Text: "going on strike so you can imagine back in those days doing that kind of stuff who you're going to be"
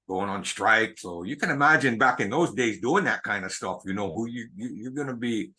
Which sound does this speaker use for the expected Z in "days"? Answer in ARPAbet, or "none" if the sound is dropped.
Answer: Z